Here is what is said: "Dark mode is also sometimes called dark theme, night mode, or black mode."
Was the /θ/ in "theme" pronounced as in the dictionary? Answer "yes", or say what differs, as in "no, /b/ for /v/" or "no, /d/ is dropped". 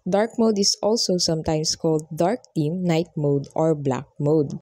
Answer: no, /t/ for /θ/